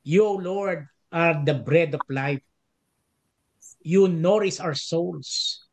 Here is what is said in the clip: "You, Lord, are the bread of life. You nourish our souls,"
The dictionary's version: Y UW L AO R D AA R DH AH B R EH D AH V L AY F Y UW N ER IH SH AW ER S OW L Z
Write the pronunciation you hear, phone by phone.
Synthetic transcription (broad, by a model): Y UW L AO R D AA R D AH B R EH D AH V L AY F Y UW N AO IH S AW ER S OW L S